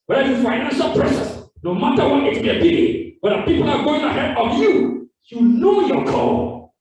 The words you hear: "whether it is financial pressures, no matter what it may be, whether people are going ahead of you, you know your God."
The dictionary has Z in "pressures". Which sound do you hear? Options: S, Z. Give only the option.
S